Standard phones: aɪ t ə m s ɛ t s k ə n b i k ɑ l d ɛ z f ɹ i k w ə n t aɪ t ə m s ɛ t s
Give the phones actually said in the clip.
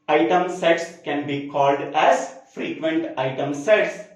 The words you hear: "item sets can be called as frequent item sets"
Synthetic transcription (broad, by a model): aɪ t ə m s ɛ t s k ə n b i k ɑ l d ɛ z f ɹ i k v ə n t aɪ t ə m s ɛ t s